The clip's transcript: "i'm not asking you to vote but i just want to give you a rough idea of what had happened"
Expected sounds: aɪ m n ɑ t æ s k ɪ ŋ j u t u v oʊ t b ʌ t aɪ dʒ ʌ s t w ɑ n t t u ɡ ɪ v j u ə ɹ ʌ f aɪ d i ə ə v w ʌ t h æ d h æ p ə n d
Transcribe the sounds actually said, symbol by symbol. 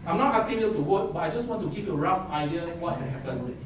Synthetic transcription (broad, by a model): aɪ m n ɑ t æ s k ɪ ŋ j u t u w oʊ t b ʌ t aɪ dʒ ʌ s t w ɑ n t t u ɡ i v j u ə ɹ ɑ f aɪ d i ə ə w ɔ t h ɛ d h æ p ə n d